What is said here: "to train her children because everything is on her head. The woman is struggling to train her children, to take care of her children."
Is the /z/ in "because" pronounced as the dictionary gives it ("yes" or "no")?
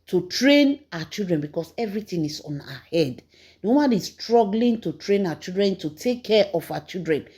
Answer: no